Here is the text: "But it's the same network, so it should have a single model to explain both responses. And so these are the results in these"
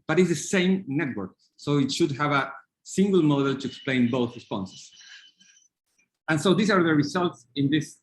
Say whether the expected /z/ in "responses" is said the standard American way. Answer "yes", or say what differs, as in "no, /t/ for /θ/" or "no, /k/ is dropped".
no, /s/ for /z/